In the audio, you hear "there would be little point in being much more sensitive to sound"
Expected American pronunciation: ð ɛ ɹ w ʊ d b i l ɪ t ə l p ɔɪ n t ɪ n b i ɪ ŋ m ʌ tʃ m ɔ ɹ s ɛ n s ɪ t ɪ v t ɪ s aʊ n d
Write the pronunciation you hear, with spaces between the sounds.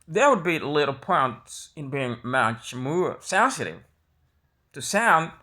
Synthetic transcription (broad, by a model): ð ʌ ɹ w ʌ d b i l ɪ t l p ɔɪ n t ɪ n b i ɪ ŋ m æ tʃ m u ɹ s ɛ s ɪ t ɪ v t ɪ s aʊ n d